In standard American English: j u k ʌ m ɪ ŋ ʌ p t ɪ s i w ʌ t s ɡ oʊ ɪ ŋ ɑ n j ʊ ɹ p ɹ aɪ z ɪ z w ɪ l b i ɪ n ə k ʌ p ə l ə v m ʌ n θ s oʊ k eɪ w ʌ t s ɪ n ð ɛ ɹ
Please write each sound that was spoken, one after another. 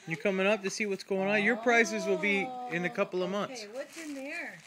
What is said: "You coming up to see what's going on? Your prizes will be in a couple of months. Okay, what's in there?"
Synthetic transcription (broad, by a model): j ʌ k ʌ m ɪ ŋ ʌ p t ɪ s i w ʌ t s ɡ oʊ ɪ ŋ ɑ n j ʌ ɹ p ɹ aɪ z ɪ z w ɪ l b i ɪ n ə k ʌ p l ə v m ʌ n θ s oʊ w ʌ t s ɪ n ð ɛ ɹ